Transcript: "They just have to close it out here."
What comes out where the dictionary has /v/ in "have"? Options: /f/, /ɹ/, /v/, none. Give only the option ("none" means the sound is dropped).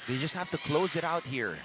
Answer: /f/